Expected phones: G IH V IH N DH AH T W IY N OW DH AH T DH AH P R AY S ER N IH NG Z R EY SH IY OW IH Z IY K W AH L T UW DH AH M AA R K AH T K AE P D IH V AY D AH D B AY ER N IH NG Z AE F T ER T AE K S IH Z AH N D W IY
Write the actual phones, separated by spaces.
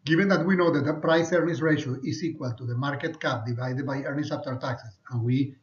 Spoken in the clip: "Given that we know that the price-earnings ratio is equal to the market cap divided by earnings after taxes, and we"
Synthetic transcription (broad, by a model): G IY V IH N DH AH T W IY N OW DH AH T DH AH P R AY S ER N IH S R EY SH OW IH S IY K W AH L T UW DH AH M AA R K AH T K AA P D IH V AY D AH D B AY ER N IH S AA P T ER T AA K S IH S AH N W IY